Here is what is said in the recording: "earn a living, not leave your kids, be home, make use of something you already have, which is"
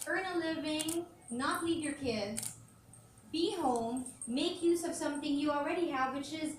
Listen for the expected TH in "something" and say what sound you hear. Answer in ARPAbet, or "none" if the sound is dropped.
TH